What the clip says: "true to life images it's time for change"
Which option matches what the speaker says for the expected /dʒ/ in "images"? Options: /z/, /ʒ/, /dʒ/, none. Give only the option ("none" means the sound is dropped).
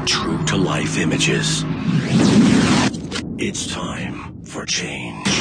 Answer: /dʒ/